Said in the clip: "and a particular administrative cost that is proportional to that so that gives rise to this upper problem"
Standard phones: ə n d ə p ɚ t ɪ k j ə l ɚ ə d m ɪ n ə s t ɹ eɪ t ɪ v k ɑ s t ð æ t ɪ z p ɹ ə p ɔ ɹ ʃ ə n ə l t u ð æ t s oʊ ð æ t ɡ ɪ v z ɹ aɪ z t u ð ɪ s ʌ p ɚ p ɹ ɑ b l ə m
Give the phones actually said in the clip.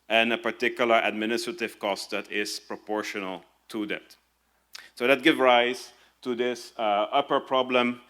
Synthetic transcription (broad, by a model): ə n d ə p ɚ t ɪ k j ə l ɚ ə d m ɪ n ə s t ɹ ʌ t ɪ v k ɑ s t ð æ t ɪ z p ɹ ə p ɔ ɹ ʃ ə n ə l t u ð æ t s oʊ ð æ t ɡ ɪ v ɹ aɪ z t u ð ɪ s ʌ p ɚ p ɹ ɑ b l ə m